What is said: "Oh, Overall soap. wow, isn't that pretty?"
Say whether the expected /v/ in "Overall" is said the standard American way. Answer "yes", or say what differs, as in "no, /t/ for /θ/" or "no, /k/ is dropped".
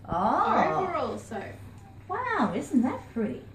no, /v/ is dropped